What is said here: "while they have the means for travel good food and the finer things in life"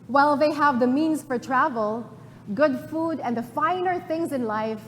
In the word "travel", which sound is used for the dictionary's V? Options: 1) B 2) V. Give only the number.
2